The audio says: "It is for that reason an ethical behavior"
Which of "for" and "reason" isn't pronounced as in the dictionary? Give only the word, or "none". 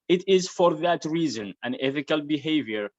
none